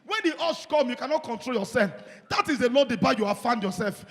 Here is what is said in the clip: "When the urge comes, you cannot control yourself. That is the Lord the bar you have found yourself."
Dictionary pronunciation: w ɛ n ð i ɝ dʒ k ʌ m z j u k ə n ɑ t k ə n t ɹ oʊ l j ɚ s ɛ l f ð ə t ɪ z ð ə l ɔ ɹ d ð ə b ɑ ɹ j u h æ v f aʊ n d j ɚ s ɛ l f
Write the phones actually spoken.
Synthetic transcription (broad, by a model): w ɛ n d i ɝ ʃ k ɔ m j u k ə n ɑ t k ə n t ɹ oʊ l j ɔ s ɛ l f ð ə t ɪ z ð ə l ɔ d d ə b ɑ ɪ j u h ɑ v f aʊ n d j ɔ s ɛ l f